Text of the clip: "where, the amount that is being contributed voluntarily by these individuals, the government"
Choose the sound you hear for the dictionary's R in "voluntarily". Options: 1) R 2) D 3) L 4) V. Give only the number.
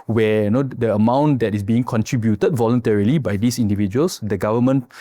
1